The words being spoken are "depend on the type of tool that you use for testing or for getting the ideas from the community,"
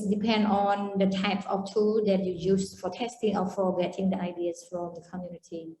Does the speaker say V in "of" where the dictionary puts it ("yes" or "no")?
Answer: no